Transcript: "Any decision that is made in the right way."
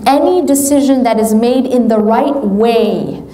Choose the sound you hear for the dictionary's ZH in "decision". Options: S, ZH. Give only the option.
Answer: ZH